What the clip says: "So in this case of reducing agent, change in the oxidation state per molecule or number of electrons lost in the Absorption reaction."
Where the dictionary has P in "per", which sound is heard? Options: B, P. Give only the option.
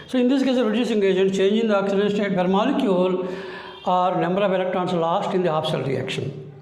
B